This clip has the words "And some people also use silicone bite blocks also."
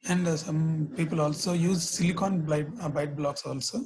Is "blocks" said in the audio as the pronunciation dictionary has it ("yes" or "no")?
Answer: yes